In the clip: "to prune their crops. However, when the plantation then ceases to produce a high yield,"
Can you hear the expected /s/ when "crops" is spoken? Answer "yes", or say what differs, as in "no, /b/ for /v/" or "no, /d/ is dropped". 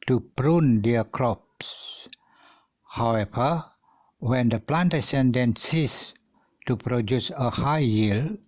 yes